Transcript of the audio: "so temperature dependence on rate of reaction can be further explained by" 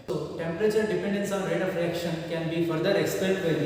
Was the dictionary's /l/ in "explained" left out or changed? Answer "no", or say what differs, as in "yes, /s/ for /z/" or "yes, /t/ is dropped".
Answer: yes, /l/ is dropped